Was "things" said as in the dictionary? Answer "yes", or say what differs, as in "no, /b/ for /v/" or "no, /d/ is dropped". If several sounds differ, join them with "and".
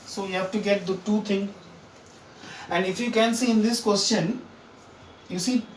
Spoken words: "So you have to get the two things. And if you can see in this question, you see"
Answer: no, /t/ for /θ/ and /z/ is dropped